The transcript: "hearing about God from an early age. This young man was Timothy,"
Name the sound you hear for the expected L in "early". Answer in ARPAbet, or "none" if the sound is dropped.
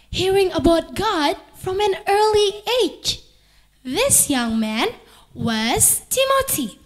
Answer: L